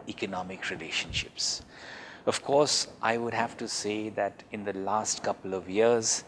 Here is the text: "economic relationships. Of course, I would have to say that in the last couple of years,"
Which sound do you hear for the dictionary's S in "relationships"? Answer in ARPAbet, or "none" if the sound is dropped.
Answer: S